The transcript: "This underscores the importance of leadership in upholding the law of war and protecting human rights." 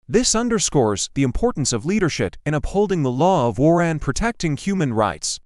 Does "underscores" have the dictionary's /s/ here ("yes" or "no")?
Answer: yes